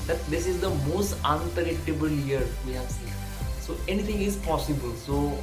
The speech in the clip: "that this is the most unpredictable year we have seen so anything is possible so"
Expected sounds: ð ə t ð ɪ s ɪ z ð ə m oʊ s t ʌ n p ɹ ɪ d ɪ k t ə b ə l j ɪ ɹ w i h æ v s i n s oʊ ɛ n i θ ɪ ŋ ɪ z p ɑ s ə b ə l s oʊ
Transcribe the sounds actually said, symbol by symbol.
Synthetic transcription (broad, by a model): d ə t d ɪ s ɪ z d ə m oʊ s t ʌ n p ɪ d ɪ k t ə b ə l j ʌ ɹ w i h æ v s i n s oʊ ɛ n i t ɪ ŋ ɪ z p ɑ s ə b ə l s oʊ